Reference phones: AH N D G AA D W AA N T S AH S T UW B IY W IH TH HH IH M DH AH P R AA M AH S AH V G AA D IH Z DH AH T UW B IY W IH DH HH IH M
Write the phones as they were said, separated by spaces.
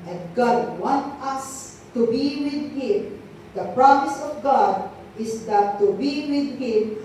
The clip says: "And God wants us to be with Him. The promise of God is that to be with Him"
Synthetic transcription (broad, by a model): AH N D G AA D W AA N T AH S T UW B IY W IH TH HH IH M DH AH P R AA M AH S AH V G AA D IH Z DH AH T UW B IY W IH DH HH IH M